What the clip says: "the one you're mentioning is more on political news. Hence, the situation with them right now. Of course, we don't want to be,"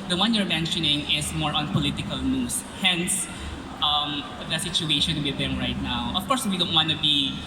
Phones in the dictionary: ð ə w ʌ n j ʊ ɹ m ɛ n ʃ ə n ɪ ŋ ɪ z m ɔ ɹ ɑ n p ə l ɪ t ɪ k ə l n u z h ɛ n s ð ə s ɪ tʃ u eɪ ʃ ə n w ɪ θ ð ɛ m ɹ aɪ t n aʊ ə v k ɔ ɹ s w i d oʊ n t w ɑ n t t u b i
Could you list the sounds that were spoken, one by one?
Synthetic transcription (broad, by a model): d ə w ʌ n j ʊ ɹ m ɛ n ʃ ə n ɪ ŋ ɪ s m ɔ ɹ ɑ n p ə l ɪ t ɪ k ə l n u s h ɛ n s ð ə s ɪ tʃ u eɪ ʃ ə n w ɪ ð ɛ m ɹ aɪ t n aʊ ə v k ɔ ɹ s w i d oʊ n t w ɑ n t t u b i